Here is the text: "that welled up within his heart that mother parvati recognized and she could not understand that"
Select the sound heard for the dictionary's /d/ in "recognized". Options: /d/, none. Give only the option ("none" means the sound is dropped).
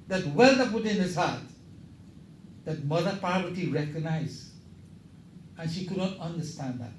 none